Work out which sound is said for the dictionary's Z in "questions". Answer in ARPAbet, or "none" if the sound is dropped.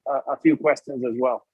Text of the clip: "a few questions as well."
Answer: Z